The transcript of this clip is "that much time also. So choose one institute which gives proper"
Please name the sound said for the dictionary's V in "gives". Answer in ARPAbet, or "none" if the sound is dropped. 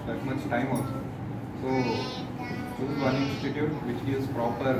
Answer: none